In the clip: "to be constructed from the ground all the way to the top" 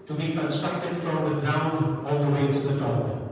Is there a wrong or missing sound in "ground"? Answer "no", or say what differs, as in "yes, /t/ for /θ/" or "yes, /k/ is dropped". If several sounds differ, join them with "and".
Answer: yes, /d/ is dropped